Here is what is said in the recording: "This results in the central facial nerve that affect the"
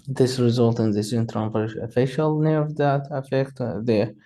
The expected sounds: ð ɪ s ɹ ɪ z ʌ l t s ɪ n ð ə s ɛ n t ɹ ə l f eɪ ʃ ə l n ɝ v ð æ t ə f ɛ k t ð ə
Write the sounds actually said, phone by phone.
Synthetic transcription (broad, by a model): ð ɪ s ɹ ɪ z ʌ l t ɪ n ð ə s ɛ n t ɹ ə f f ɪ ʃ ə l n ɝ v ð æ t ə f ɛ k t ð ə